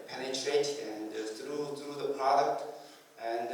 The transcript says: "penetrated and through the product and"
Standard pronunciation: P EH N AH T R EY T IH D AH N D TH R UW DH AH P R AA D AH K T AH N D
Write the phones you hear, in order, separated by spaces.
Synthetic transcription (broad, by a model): P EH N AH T R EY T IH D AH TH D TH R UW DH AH P R AA D AH K T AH N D